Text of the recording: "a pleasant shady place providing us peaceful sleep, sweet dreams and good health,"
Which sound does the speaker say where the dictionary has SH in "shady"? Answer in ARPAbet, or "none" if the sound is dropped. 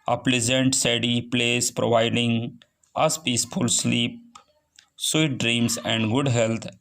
S